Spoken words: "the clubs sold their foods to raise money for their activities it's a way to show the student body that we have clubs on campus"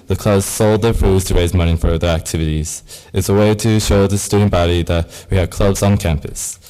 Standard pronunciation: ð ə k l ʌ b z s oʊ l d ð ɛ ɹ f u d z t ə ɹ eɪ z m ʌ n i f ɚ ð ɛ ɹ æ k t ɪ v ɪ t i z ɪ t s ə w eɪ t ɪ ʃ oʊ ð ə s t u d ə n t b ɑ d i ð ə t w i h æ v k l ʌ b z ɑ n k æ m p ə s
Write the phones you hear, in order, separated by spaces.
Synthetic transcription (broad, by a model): ð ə k l ʌ b z s oʊ l d ð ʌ ɹ f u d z t ə ɹ eɪ z m ʌ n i f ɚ ð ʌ ɹ æ k t ɪ v ɪ t i z ɪ t s ə w eɪ t ɪ ʃ oʊ ð ə s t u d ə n b ɑ d i ð ə t w i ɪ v k l ʌ b z n k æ m p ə s